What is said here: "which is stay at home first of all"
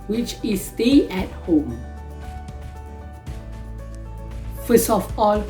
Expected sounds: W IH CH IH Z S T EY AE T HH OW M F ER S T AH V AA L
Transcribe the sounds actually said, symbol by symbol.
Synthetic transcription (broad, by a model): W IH CH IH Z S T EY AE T HH OW M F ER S AH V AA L